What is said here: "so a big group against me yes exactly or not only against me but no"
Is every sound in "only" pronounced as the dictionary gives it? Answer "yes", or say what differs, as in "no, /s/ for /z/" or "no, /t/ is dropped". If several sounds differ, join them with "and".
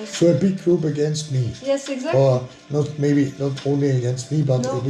yes